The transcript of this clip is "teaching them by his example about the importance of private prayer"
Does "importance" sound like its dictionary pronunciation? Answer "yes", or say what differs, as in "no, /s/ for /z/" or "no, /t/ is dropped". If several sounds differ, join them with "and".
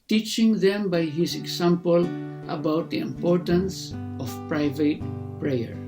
yes